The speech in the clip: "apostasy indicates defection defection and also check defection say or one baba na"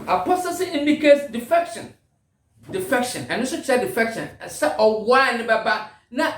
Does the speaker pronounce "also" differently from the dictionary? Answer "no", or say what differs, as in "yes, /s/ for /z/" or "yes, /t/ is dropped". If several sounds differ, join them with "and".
yes, /l/ is dropped